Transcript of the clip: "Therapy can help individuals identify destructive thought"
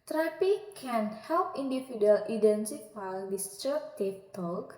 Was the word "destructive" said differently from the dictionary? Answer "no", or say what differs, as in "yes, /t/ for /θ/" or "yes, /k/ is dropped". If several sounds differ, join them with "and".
yes, /k/ is dropped